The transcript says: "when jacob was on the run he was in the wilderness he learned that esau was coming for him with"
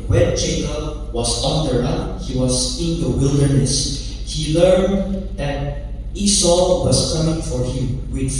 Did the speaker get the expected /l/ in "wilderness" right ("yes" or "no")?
yes